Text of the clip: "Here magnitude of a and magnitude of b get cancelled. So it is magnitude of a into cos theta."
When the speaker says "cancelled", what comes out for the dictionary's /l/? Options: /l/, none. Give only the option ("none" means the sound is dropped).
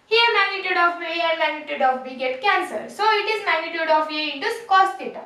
none